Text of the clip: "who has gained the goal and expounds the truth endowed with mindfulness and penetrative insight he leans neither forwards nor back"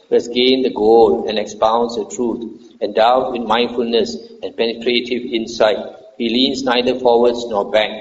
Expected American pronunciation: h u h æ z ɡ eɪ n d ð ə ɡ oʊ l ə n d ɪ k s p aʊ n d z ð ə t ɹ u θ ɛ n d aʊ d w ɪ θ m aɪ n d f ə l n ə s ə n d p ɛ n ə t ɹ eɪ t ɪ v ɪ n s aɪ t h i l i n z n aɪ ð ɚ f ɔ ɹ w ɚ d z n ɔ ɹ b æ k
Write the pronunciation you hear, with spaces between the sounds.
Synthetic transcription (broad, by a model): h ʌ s ɡ eɪ n d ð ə ɡ oʊ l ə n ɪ k s p aʊ n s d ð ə t ɹ u t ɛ n d aʊ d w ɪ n m aɪ n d f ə l n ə s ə n p ɛ n ə t ɹ eɪ t ɪ v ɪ n s aɪ t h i l i n s n aɪ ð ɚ f ɔ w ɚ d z n ɔ b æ k